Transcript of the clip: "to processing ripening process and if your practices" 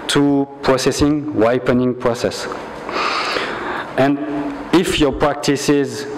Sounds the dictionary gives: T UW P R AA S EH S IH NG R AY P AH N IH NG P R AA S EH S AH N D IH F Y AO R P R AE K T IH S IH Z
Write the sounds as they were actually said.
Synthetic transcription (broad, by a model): T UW P R AA S EH S IH NG W AY P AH N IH NG P R AA S EH S AH N D IH F Y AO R P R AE K T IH S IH Z